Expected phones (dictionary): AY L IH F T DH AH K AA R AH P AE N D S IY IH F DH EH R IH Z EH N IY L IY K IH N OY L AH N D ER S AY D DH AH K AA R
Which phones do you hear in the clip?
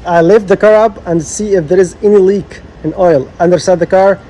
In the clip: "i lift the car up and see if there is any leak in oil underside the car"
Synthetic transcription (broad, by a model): AY L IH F DH AH K AA R AH P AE N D S IY IH F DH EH R IH Z EH N IY L IY K IH N OY L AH N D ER S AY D DH AH K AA R